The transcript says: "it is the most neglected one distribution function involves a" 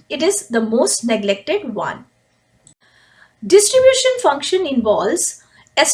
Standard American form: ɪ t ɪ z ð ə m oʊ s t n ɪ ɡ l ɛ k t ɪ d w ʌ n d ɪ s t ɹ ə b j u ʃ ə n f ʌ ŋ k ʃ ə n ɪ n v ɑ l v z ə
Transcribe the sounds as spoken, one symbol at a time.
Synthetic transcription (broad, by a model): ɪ t ɪ z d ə m oʊ s t n ɪ ɡ l ɛ k t ɪ d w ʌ n d ɪ s t ɹ ə b j u ʃ ə n f ʌ ŋ k ʃ ə n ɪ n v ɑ l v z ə